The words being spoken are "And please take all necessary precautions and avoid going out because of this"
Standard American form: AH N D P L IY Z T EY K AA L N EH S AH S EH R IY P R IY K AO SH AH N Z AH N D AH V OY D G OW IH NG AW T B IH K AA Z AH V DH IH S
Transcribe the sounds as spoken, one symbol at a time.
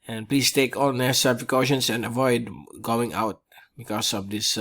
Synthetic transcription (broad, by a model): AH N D P L IY S T EY K AA L N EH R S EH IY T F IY K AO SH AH N S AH N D AH V OY D G OW IH NG AW T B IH K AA S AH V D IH S